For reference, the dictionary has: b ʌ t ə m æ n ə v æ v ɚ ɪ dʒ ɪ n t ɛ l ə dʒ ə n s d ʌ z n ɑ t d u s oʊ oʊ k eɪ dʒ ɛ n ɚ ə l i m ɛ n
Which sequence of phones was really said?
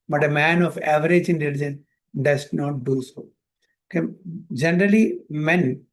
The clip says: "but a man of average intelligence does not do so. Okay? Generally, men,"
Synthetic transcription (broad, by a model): b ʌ t ə m æ n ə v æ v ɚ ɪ dʒ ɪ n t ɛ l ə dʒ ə n d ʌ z n ɑ t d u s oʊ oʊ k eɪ dʒ ɛ n ɚ ə l i m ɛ n